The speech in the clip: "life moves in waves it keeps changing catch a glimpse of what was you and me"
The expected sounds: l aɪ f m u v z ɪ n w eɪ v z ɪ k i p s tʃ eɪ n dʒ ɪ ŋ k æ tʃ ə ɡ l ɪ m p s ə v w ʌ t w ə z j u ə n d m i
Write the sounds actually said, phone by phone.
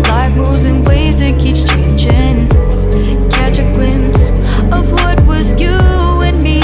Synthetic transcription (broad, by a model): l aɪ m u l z ɪ n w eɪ z ɪ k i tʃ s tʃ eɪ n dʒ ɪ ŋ k æ tʃ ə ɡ l ɪ m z ə v w ʌ t w ə z j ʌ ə n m i